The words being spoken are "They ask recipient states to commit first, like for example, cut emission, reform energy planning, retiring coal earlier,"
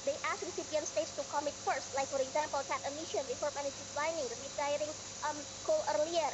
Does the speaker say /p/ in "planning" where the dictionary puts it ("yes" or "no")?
no